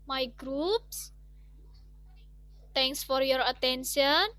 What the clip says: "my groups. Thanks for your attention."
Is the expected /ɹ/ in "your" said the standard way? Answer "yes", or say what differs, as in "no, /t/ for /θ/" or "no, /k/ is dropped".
yes